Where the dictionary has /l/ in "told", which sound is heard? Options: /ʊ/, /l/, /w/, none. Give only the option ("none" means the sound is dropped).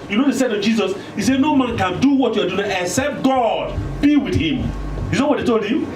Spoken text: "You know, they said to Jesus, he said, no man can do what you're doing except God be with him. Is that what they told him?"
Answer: /l/